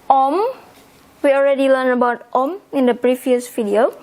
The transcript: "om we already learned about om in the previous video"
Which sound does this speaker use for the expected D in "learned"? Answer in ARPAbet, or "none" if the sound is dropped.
none